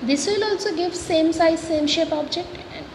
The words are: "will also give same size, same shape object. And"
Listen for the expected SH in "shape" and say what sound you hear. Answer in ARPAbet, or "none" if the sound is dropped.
SH